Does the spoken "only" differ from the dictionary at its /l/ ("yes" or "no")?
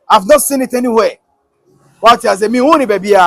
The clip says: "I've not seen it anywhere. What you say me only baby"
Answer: yes